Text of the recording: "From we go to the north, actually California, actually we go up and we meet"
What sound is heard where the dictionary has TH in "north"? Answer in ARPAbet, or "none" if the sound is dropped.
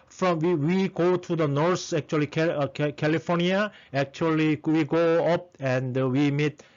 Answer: S